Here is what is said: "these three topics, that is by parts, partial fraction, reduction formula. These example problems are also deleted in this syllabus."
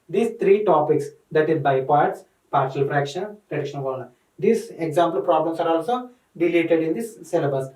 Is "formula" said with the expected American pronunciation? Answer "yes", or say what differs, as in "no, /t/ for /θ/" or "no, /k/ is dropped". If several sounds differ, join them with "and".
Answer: no, /n/ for /l/